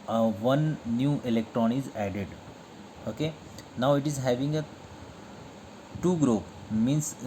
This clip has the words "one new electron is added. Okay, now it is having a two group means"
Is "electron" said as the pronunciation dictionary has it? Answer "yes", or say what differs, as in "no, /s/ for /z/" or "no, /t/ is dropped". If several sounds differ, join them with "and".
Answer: yes